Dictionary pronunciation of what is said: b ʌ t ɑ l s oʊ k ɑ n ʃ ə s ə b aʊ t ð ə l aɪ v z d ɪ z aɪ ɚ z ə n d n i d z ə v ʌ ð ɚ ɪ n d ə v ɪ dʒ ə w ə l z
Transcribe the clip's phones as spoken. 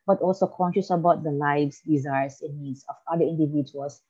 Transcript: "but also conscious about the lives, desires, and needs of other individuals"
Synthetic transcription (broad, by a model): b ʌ t ɑ l s oʊ k ɑ n ʃ ə s ə b aʊ t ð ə l aɪ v s d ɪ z aɪ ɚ s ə n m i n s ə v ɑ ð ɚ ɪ n d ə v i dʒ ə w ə l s